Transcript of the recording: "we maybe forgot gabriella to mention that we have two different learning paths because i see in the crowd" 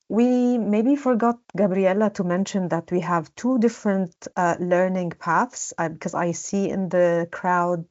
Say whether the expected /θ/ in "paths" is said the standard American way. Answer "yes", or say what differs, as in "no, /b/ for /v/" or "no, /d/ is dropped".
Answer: yes